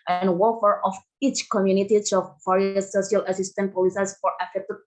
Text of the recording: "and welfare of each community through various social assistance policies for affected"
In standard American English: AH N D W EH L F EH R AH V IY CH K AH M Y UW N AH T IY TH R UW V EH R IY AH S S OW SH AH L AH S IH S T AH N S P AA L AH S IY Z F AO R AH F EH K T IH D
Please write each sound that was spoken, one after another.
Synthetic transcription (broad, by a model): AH N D W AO F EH R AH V IY CH K AH M Y UW N AH T IY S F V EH R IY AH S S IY AH L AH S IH S T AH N P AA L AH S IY S F AO R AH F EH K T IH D